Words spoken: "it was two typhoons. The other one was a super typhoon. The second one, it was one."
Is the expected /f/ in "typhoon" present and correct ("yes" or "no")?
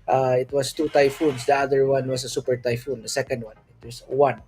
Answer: yes